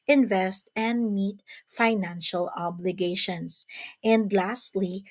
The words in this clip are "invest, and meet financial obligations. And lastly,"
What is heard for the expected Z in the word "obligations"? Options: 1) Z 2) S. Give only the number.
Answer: 2